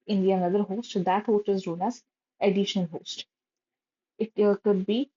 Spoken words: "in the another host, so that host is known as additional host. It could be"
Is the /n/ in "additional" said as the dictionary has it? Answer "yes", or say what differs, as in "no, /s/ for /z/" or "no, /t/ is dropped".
no, /n/ is dropped